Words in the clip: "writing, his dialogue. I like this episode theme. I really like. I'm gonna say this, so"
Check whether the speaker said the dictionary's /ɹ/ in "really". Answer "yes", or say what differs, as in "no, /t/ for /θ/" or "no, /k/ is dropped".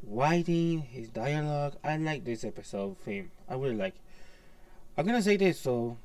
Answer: no, /w/ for /ɹ/